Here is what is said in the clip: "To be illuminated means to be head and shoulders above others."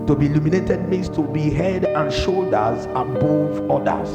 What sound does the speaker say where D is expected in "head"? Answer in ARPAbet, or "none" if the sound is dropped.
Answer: D